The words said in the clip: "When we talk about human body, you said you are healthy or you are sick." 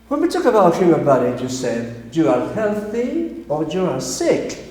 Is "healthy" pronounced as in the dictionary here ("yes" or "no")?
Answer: yes